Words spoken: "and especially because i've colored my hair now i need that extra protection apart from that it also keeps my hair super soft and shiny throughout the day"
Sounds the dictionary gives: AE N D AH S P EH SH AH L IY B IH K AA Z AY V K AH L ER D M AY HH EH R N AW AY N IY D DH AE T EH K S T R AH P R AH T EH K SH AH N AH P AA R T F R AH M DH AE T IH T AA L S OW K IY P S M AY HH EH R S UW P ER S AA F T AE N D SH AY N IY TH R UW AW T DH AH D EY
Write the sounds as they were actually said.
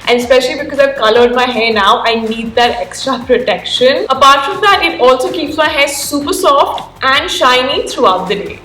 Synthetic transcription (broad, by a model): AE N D AH S P EH SH AH L IY B IH K AA Z AY V K AH L ER D M AY HH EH N AW AY N IY D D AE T EH K S T R AH P R AH T EH K SH AH N AH P AA R T F R AH M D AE T IH T AA L S OW K IY P S M AY HH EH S S UW P ER S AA F T AE N D SH AY N IY T R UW AW T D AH D EY